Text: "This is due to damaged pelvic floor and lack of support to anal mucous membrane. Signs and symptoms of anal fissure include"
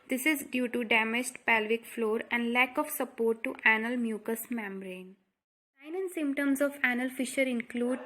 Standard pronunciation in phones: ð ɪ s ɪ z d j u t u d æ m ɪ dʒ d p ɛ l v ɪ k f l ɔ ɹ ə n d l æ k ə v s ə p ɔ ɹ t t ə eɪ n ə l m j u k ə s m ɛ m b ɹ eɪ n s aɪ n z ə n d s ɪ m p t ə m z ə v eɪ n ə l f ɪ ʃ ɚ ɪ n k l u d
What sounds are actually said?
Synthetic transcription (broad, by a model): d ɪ s ɪ z d j u t u d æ m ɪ dʒ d p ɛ l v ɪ k f l ɔ ɹ ə n d l æ k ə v s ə p ɔ ɹ t t ə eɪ n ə l m j u k ə s m ɛ m b ɹ eɪ n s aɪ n ə n s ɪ m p t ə m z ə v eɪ n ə l f ɪ ʃ ɚ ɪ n k l u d